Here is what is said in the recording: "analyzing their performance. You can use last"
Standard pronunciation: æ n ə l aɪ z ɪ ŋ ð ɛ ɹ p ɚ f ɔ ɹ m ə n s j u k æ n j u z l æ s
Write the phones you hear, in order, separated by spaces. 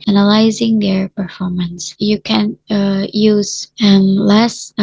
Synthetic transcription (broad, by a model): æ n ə l aɪ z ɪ ŋ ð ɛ ɹ p ɚ f ɔ ɹ m ə n s j u k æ n j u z l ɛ s